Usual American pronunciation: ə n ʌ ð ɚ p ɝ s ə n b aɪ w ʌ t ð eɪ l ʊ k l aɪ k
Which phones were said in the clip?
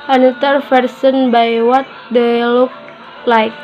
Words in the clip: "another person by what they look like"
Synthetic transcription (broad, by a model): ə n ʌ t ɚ f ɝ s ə n b aɪ w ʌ t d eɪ l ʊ k l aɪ k